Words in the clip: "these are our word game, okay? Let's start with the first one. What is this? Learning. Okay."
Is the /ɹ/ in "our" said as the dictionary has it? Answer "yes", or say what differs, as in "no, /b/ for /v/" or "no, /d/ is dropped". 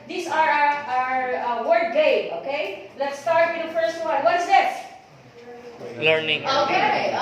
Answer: yes